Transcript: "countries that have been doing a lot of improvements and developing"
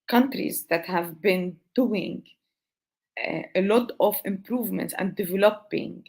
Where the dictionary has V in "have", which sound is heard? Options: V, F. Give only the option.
V